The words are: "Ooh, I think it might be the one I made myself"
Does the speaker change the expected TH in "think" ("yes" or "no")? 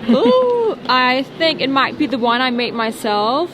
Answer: no